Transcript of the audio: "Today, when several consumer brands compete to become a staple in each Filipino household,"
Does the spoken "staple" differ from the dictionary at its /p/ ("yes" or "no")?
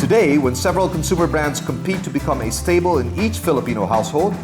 yes